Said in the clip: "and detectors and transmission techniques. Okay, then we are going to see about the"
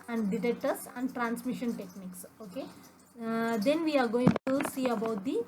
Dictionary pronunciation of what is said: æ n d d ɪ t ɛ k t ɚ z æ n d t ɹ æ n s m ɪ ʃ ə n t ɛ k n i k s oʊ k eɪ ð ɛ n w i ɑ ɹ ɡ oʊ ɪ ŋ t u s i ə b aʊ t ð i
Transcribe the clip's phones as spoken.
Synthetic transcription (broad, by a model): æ n d d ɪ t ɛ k t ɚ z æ n d t ɹ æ n s m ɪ ʃ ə n t ɛ k n i k s oʊ k eɪ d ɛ n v i ɑ ɹ ɡ oʊ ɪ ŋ t u s i ə b aʊ t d i